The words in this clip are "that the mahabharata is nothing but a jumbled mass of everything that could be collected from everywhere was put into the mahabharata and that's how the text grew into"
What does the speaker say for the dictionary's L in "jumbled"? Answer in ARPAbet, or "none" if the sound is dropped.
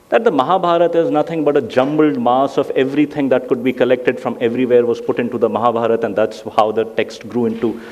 L